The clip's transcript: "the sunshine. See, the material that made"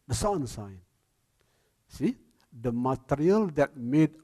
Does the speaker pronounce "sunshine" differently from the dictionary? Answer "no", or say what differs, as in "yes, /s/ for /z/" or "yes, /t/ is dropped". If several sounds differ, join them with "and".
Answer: yes, /s/ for /ʃ/